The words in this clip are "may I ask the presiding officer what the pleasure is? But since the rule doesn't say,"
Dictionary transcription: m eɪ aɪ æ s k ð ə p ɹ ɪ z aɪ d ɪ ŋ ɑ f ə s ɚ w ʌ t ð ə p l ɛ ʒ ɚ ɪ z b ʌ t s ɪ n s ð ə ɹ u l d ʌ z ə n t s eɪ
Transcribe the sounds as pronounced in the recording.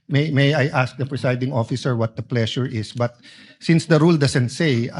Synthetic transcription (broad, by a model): m eɪ aɪ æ s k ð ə p ɹ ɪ s aɪ d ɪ ŋ ɑ f ə s ɚ w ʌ t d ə p l ɛ ʃ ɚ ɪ s b ʌ t s ɪ n s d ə ɹ u l d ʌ s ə n t s eɪ